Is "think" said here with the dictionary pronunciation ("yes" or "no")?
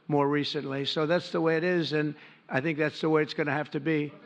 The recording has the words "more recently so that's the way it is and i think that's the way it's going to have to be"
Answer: yes